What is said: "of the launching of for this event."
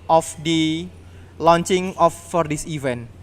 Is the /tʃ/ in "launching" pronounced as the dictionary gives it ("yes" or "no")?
yes